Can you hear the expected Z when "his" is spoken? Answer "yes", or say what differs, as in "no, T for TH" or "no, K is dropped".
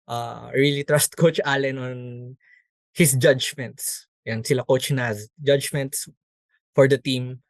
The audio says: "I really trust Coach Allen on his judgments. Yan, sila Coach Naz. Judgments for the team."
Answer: no, S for Z